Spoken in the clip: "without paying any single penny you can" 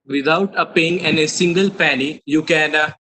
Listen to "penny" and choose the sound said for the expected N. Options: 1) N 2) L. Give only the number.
2